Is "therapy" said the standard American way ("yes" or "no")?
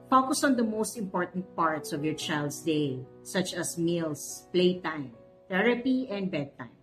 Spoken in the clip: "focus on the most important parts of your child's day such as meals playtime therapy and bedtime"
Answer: no